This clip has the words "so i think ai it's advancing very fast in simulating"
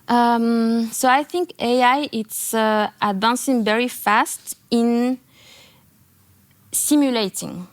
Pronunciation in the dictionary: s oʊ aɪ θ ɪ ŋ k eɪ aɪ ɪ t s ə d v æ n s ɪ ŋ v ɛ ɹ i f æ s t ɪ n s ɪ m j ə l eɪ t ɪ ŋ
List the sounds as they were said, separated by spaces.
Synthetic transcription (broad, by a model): s oʊ aɪ θ ɪ ŋ k eɪ aɪ ɪ t s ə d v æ n s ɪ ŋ v ɛ ɹ i f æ s t ɪ n s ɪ m j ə l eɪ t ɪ ŋ